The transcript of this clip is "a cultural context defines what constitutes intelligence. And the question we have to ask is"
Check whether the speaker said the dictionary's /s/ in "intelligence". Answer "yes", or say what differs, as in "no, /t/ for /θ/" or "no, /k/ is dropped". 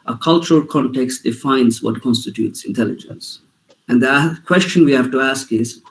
yes